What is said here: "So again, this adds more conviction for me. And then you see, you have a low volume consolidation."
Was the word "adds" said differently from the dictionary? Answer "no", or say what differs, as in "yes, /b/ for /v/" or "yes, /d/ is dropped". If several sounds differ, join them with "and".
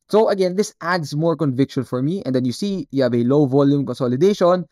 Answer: yes, /s/ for /z/